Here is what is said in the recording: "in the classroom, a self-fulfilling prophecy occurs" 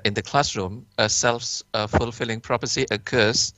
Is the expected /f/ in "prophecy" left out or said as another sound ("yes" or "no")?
yes